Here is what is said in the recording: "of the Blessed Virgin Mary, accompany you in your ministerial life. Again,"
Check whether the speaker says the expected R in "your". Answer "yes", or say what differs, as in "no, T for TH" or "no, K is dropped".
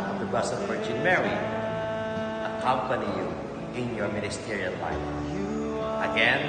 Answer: yes